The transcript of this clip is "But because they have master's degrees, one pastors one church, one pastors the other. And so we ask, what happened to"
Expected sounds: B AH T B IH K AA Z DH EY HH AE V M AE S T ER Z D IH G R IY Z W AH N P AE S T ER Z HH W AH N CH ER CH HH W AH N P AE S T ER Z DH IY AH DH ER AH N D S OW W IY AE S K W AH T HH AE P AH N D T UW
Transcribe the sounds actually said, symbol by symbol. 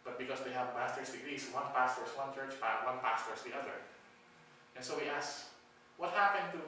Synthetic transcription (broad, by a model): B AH T B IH K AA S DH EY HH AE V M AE S T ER S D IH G R IY S W AH N P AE S T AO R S W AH N CH ER CH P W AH N P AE S T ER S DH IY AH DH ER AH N S OW W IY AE S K W AH T HH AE P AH N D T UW